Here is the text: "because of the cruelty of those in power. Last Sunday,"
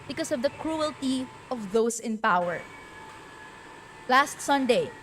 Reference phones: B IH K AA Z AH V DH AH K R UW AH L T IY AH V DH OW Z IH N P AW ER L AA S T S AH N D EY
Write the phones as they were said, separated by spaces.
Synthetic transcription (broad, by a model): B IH K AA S AH V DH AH K R UW AH L T IY AH V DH OW S IH N P AW ER L AA S T S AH N D EY